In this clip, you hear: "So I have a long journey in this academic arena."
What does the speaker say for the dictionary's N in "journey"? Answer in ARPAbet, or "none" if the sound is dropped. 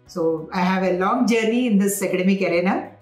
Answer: none